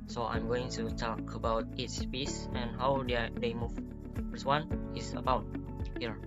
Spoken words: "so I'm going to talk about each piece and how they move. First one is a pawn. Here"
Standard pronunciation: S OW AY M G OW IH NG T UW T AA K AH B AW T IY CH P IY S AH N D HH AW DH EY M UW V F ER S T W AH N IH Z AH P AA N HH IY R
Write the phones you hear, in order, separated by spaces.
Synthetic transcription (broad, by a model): S OW AY M G OW IH NG T UW T AA K AH B AW T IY S P IY S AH N HH AW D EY M UW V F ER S W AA N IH S AH B AA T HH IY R